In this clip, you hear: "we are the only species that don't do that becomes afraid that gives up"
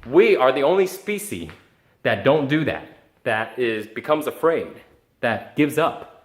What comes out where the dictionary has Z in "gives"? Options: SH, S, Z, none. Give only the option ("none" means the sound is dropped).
Z